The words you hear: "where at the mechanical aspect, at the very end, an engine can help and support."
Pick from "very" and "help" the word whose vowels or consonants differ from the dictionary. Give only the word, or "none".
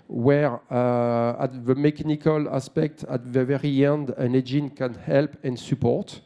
none